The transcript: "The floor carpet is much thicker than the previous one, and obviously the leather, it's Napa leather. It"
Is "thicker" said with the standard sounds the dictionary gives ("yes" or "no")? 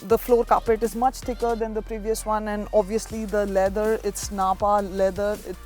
no